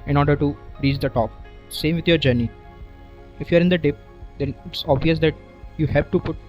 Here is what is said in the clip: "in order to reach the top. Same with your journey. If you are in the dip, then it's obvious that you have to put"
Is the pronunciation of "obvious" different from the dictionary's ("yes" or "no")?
no